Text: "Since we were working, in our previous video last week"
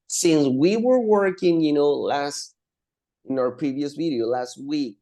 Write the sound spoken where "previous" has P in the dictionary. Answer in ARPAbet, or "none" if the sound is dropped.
P